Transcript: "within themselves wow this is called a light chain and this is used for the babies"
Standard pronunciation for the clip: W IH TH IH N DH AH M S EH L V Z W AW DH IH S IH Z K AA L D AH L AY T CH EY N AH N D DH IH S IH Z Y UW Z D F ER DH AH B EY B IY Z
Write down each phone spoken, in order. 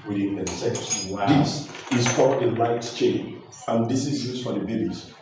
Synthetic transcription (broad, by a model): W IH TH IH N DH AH S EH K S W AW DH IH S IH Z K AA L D AH L AY T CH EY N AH N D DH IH S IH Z Y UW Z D F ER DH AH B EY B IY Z